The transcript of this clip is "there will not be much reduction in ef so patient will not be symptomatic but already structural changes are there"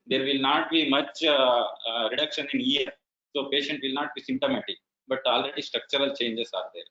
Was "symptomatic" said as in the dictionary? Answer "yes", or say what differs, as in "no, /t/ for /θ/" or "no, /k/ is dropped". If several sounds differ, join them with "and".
no, /p/ is dropped